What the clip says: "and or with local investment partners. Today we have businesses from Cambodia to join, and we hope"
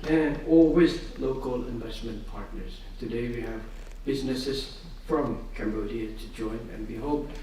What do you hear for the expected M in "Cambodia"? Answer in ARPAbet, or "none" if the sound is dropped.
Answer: M